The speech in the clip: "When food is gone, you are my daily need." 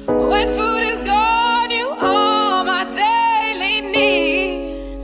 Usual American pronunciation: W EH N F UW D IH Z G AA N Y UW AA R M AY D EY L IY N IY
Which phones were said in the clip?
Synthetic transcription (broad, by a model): W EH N F UW D IH Z G AA N Y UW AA L M AY D EY L IY N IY